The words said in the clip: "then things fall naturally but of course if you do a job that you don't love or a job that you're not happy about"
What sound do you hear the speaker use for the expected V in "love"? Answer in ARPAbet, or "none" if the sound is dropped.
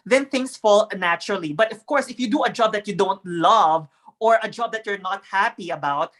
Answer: V